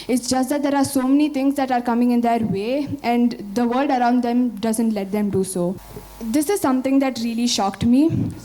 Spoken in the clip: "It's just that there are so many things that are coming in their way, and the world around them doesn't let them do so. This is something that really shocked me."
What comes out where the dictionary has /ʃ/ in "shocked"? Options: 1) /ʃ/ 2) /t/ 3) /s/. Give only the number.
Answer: 1